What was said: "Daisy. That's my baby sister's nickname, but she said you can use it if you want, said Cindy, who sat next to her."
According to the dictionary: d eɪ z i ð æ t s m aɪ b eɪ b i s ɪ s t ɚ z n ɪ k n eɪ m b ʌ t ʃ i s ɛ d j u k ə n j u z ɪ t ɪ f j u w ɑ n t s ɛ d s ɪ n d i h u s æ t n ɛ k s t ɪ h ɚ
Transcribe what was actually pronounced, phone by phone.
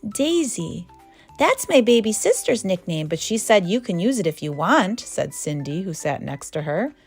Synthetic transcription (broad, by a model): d eɪ z i ð æ t s m aɪ b eɪ b i s ɪ s t ɚ z n ɪ k n eɪ m b ʌ t ʃ i s ɛ d j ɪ k ə n j u z ɪ t ɪ f j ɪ w ɑ n t s ɛ d s ɪ n d i h u s æ t n ɛ k s t ɪ ɚ